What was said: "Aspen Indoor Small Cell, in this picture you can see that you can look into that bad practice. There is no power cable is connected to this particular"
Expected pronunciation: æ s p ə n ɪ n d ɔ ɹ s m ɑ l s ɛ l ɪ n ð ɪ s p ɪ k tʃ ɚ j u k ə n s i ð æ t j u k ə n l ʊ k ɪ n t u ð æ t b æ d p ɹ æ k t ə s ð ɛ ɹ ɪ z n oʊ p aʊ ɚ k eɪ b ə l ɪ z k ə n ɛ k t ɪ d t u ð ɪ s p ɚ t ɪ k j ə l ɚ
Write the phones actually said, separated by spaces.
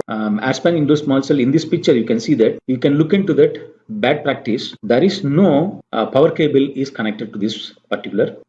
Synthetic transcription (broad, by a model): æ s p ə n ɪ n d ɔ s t m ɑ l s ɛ l ɪ n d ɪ s p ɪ k tʃ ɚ j u k ə n s i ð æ t j u k ə n l ʊ k ɪ n t u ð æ t b æ d p ɹ æ k t ə s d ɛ ɹ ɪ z n oʊ p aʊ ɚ k eɪ b ə l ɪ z k ə n ɛ k t ɪ d t u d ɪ s p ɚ t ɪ k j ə l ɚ